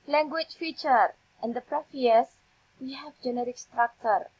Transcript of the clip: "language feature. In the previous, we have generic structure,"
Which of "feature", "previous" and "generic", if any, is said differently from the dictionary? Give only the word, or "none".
previous